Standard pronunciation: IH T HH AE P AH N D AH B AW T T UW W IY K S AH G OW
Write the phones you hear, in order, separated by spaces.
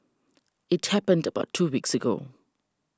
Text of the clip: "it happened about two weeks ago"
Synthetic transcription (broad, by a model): IH T HH AE P AH N D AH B AW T T UW W IY K S AH G OW